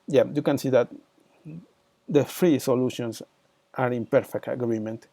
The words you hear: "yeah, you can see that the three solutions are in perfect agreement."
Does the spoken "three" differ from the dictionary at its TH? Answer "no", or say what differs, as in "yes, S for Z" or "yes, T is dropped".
yes, F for TH